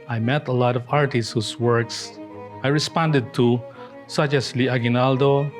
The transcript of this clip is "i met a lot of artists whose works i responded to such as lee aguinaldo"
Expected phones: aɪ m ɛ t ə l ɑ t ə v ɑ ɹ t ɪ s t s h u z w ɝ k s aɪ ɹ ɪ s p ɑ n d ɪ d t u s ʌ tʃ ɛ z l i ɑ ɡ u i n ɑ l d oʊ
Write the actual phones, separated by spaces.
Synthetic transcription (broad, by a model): aɪ m ɛ t ə l ɑ t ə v ɑ ɹ t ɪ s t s h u s w ɝ k s aɪ ɹ ɪ s p ɑ n d ɪ d t u s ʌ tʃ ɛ s l i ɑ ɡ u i n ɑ l d oʊ